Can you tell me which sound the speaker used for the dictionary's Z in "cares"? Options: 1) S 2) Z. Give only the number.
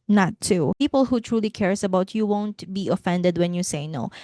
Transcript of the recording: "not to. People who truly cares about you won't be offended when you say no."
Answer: 1